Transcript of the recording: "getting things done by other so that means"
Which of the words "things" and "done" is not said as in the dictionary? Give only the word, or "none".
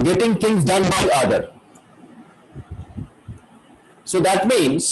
things